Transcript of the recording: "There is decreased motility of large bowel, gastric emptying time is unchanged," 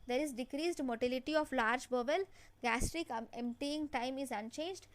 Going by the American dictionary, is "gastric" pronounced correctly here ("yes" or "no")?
yes